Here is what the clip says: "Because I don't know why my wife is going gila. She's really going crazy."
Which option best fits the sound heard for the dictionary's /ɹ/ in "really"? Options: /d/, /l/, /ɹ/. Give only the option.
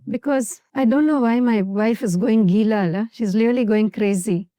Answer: /l/